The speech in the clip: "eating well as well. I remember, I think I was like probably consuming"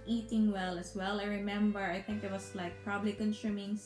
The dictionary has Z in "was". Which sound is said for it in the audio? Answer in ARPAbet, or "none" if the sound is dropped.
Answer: S